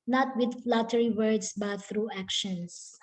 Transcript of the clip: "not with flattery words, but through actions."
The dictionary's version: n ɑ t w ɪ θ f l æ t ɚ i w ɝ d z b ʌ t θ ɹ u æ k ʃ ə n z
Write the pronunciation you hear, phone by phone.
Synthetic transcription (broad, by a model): n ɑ t w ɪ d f l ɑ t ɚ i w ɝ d s b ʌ t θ ɹ u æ k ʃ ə n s